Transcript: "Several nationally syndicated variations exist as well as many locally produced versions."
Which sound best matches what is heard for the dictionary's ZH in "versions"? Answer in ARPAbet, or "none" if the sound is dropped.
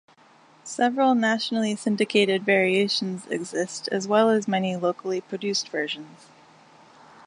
ZH